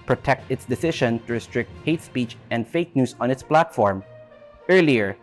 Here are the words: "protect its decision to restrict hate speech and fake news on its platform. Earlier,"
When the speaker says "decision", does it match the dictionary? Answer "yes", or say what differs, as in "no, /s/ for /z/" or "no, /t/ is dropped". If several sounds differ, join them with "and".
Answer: no, /ʃ/ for /ʒ/